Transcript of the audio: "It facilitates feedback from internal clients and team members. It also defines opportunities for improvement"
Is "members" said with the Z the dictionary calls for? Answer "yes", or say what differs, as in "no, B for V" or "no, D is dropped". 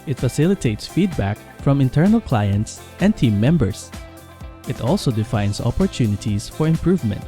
no, S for Z